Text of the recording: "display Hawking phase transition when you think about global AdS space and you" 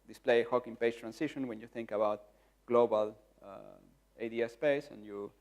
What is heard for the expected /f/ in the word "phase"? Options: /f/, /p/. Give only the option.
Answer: /p/